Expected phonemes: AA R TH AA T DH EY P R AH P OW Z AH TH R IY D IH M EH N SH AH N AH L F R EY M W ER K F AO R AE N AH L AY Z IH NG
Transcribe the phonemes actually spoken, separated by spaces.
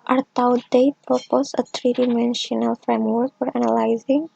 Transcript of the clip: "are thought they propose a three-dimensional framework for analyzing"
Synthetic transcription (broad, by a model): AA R T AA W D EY P R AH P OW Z AH T R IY D IH M EH N SH AH N AH L F R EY M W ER K F AO R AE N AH L AY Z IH NG